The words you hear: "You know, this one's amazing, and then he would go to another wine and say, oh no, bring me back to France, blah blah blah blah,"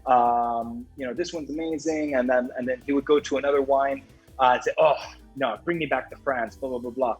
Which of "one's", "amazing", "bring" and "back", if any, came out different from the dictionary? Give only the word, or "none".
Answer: none